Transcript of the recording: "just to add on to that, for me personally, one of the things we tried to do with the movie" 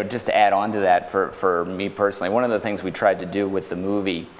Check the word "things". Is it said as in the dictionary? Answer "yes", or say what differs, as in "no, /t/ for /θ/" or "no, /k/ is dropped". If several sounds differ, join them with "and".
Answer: yes